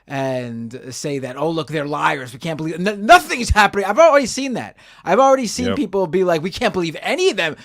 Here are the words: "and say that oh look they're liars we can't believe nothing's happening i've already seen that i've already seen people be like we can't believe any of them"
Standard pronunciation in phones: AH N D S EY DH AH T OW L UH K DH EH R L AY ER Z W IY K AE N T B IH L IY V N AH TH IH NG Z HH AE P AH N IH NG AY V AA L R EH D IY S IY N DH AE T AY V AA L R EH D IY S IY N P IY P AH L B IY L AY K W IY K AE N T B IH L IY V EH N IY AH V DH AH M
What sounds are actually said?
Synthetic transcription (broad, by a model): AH N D S EY DH AH T OW L UH K DH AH R L AY ER Z W IY K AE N B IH L IY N N AH TH IH NG Z HH AE P AH N IH NG AY V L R EH D IY S IY N DH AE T AY V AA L R EH D IY S IY N P IY P L B IY L AY K W IY K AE N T B IH L IY V EH N IY AH V DH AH M